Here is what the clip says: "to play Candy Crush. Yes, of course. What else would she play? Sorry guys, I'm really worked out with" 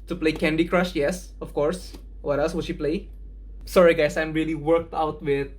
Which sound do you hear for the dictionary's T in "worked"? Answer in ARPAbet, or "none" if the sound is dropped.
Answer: T